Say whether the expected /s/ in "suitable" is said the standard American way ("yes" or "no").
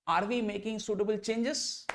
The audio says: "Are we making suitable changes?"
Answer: yes